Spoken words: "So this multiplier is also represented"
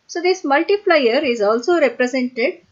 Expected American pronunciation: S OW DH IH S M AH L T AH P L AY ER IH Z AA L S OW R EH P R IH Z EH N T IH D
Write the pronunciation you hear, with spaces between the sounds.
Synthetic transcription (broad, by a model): S OW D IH S M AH L T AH F L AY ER IH Z AA L S OW R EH P R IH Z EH N T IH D